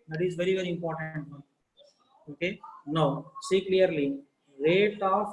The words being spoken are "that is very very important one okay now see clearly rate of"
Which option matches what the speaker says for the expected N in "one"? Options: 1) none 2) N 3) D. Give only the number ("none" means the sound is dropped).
1